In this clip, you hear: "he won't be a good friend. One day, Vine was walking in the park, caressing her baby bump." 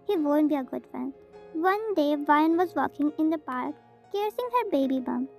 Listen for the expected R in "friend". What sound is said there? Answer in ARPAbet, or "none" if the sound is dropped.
none